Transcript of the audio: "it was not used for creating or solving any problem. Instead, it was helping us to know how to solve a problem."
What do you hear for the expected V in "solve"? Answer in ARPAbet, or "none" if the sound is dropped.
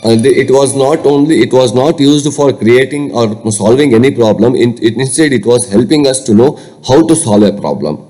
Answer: V